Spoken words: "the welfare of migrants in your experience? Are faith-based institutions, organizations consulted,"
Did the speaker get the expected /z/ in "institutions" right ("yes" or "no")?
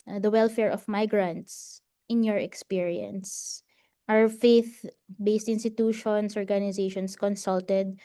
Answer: no